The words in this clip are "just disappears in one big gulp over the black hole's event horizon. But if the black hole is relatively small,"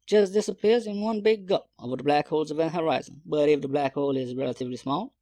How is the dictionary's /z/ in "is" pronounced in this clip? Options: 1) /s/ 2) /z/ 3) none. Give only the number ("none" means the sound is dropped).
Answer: 2